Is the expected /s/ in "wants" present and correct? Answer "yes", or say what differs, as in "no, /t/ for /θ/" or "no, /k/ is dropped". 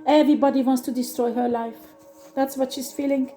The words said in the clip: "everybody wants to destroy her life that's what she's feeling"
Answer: yes